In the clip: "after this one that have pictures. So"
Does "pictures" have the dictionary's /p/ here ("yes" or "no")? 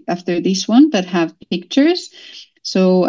yes